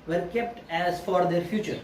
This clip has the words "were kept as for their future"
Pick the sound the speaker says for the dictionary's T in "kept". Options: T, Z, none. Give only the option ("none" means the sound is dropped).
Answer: T